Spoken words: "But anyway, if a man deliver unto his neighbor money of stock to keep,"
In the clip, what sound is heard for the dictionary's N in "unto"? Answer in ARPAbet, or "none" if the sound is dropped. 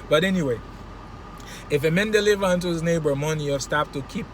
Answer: N